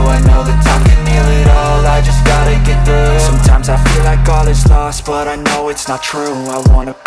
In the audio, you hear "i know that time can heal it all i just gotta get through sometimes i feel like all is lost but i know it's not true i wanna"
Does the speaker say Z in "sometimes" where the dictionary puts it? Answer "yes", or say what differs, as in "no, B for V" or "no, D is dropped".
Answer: yes